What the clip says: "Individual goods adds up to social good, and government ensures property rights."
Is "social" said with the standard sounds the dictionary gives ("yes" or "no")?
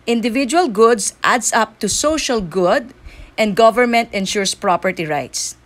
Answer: yes